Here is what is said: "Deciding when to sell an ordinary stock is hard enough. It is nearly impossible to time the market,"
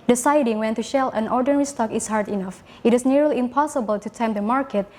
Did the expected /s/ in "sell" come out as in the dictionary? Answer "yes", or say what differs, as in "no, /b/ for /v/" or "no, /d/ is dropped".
no, /ʃ/ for /s/